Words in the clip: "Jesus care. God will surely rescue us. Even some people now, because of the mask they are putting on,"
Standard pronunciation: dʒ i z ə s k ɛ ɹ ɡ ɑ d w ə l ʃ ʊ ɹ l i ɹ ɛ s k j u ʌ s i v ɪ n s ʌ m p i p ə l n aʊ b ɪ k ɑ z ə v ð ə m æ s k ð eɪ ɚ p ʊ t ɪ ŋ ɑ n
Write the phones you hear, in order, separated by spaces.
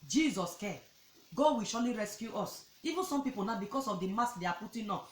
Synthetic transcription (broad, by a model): dʒ i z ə s k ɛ ɡ ɑ d w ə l ʃ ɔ l i ɹ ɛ s k j u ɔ s i v ɪ n s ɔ m p i p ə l n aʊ b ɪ k ɑ s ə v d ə m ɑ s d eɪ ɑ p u t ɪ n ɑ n